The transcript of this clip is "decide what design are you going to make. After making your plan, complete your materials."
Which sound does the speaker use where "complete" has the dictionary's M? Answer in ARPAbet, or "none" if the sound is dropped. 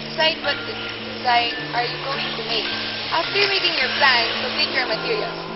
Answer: none